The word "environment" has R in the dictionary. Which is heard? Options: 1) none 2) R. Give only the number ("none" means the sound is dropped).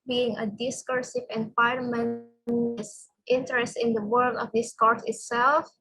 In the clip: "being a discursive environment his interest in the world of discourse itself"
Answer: 1